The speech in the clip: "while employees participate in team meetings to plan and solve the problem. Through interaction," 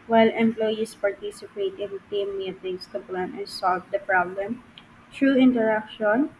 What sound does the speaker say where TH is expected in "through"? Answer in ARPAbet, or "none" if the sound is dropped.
T